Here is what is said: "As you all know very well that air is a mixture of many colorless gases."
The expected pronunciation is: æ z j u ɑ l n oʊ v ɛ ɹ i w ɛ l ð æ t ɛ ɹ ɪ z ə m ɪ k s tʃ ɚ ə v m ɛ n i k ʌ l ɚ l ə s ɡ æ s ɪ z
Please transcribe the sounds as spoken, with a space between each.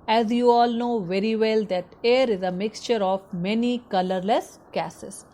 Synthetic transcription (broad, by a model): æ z j u ɑ l n oʊ v ɛ ɹ i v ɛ l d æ t ɛ ɹ ɪ z ə m ɪ k s tʃ ɚ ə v m ɛ n i k ʌ l ɚ l ə s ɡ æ s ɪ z